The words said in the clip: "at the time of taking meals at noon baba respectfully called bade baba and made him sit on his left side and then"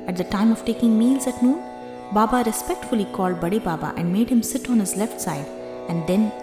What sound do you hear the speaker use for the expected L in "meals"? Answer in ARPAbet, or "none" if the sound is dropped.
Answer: L